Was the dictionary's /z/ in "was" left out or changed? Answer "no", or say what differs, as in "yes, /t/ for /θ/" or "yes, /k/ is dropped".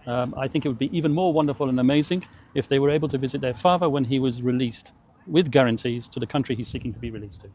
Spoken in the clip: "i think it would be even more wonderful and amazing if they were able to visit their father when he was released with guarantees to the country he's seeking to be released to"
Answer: no